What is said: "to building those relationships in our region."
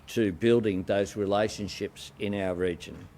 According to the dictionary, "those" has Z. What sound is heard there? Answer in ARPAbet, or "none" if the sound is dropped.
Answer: Z